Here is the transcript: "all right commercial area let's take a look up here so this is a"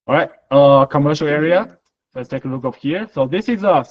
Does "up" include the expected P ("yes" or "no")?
no